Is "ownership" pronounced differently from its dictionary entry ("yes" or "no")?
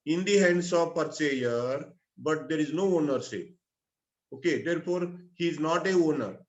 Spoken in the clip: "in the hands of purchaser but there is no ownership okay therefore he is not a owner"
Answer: yes